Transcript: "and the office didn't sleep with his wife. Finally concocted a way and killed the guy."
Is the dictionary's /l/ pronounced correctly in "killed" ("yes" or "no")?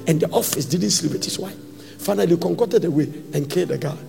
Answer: no